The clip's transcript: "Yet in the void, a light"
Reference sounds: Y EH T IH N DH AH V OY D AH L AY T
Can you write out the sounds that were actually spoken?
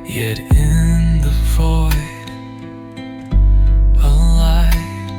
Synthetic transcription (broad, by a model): Y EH T IH N DH AH F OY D AH L AY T